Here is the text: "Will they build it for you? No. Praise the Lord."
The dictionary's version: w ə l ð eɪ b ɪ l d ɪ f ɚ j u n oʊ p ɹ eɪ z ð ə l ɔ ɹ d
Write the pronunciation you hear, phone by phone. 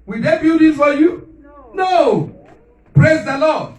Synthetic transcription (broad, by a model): w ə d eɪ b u d ɪ f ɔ j u n oʊ p ɹ eɪ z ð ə l ɔ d